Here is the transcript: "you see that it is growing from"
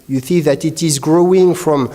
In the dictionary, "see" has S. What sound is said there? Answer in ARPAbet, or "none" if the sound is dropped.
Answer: TH